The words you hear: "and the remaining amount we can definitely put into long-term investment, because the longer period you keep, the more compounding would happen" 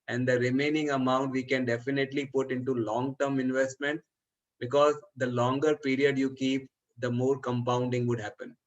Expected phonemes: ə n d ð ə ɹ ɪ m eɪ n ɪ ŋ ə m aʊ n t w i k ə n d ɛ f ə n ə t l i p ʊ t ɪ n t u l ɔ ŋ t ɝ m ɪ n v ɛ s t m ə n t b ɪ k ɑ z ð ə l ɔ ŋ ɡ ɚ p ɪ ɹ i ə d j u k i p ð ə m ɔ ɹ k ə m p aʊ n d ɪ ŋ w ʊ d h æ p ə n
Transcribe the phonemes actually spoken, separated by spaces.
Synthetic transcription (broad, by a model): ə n d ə ɹ ɪ m eɪ n ɪ ŋ ə m aʊ n t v i k ə n d ɛ f ə n ə t l i p ʊ t ɪ n t u l ɔ ŋ t ɝ m ɪ n v ɛ s t m ə n t b ɪ k ɑ z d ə l ɔ ŋ ɡ ɚ p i ɹ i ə d j u k i p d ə m ɔ ɹ k ə m p aʊ n d ɪ ŋ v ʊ d h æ p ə n